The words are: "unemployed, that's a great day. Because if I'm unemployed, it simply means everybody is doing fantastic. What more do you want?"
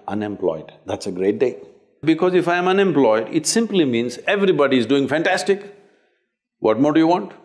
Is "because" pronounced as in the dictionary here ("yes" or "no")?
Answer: yes